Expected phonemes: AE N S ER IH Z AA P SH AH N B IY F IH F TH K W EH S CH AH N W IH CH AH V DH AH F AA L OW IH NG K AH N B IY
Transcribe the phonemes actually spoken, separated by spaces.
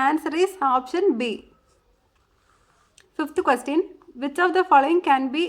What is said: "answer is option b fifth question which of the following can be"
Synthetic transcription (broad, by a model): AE N S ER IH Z AA P SH AH N B IY F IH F T K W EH S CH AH N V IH CH AH V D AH F AA L OW IH NG K AH N B IY